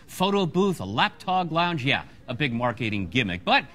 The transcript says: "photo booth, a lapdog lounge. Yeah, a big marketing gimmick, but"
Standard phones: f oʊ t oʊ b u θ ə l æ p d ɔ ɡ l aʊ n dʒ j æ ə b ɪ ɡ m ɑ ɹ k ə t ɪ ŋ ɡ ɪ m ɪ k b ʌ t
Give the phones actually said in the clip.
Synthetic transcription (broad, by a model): f oʊ t oʊ b u θ ə l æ p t ɔ ɡ l aʊ n dʒ j æ ə b ɪ ɡ m ɑ ɹ k ə t ɪ ŋ ɡ ɪ m ɪ k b ʌ t